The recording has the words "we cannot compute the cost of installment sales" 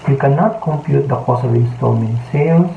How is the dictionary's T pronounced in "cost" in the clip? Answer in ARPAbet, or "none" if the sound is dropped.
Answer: none